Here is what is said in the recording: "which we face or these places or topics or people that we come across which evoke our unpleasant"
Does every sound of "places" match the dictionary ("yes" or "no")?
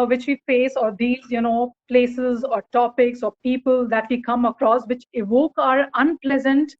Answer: yes